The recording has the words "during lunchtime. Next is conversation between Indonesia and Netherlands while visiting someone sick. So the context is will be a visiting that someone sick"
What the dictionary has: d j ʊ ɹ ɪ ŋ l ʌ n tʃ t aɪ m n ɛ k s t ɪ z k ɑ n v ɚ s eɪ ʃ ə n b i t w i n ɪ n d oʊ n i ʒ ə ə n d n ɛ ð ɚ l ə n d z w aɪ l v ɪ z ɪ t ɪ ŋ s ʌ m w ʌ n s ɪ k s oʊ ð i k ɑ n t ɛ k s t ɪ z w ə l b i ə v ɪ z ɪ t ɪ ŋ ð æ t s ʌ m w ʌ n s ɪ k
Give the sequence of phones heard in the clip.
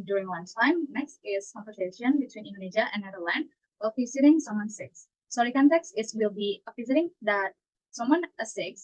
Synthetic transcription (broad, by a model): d j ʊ ɹ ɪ ŋ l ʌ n s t aɪ m n ɛ k s t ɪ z k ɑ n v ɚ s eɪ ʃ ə n b i t w i n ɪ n d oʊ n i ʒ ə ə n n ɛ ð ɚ l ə n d w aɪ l p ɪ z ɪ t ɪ ŋ s ʌ m w ʌ n s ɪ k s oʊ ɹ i k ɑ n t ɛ k s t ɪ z w ə l b i ə p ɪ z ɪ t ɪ ŋ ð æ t s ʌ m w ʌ n s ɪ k